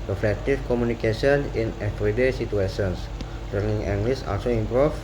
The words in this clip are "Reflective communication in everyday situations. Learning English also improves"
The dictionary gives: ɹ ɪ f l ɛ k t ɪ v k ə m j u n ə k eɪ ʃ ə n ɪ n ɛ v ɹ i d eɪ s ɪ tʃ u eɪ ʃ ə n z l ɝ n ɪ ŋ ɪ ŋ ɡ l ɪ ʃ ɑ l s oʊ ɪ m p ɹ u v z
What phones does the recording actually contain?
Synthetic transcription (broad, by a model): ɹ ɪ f l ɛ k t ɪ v k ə m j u n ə k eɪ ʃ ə n ɪ n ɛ f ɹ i d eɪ s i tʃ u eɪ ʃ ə n s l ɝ n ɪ ŋ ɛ ŋ ɡ l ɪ s ɑ l s oʊ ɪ m p ɹ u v